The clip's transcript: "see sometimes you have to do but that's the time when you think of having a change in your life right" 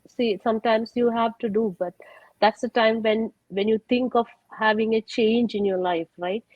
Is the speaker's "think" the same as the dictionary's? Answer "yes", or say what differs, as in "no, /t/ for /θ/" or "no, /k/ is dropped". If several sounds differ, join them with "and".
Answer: no, /t/ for /θ/